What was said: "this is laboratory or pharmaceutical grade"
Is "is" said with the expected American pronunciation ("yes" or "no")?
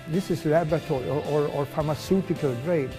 no